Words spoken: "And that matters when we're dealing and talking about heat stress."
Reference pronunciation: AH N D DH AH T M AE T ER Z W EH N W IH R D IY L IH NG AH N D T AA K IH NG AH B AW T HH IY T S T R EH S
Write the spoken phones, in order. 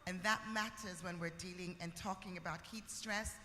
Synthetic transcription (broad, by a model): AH N DH AH T M AE T ER Z W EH N W IH R D IY L IH NG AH N T AA K IH NG AH B AW T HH IY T S T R EH S